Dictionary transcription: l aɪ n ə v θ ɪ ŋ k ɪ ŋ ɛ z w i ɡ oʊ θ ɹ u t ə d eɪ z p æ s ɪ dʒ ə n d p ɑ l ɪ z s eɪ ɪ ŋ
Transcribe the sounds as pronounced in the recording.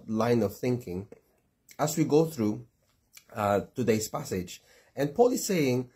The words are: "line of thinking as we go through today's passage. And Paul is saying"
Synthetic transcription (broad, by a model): l aɪ n ə v θ ɪ ŋ k ɪ ŋ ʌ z w i ɡ oʊ θ ɹ u t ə d eɪ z p æ s ɪ dʒ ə n p ɑ l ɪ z s eɪ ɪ ŋ